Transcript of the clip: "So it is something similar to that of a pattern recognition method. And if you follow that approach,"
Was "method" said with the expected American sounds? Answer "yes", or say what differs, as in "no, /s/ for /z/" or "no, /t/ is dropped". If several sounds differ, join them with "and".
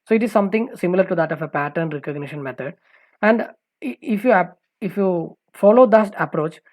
no, /t/ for /θ/